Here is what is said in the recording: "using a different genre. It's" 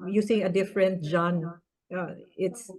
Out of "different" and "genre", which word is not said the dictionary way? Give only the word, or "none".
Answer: genre